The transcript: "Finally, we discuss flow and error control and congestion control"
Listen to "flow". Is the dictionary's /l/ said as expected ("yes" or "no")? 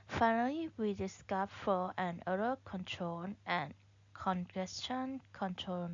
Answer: no